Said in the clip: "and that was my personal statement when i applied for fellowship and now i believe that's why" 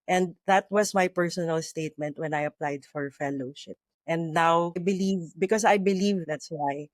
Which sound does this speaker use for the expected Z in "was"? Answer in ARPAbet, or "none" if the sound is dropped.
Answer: S